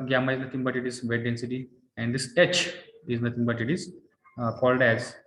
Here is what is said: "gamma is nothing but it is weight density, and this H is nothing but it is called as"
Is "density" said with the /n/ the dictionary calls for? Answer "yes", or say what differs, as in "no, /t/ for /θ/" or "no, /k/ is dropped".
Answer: yes